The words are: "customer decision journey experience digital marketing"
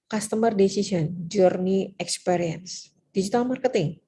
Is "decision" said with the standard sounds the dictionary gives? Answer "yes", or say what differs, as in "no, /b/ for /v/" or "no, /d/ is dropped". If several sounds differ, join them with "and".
no, /s/ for /ʒ/